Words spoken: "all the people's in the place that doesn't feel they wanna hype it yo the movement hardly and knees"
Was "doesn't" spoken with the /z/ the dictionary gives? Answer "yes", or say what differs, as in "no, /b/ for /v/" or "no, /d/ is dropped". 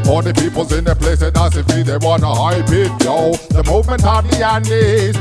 no, /s/ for /z/